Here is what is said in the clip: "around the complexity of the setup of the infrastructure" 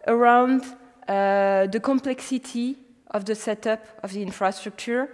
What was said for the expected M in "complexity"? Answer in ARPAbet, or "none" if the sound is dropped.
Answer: M